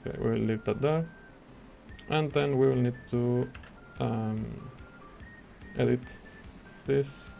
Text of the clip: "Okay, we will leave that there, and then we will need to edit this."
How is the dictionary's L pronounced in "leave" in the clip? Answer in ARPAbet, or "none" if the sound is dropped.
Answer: N